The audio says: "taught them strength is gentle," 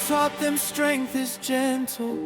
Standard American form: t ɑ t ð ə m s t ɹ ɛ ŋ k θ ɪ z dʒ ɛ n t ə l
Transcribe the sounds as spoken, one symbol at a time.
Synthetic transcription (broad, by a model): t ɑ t ð ə m s t ɹ ɛ ŋ k θ ɪ z dʒ ɛ n t l